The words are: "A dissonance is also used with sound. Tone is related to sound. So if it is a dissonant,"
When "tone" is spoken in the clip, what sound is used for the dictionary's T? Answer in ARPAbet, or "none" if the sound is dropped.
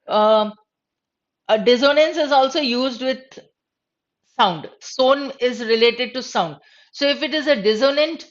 S